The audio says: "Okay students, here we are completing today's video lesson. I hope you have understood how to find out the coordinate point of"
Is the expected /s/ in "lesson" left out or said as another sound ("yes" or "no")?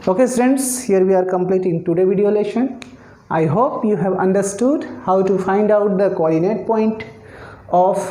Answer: yes